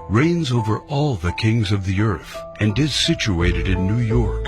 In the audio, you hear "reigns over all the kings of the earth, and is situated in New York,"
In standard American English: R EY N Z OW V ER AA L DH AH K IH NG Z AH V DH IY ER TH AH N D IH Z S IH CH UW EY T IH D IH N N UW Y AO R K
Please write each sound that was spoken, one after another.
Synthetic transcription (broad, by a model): R EY N Z OW V ER AA L DH AH K IH NG Z AH V DH IY ER TH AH N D IH Z S IH CH UW EY T IH D IH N N UW Y AO R K